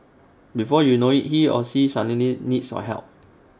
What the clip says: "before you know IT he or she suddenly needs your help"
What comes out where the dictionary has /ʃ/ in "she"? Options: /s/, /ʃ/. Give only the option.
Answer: /s/